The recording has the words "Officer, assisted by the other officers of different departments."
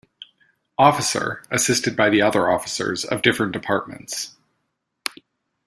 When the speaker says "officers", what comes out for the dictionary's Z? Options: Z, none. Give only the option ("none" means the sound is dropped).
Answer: Z